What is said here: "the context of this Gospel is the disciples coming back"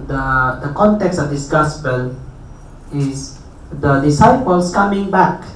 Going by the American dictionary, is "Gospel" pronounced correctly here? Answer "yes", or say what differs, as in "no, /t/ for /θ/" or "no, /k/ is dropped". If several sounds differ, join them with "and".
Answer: no, /b/ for /p/